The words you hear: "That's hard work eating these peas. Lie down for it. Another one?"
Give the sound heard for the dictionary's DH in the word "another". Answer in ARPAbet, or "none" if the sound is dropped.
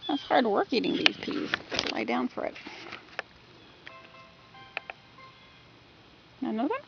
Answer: none